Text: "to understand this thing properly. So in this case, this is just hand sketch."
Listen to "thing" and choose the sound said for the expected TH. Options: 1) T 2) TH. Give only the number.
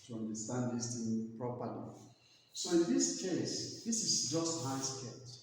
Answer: 1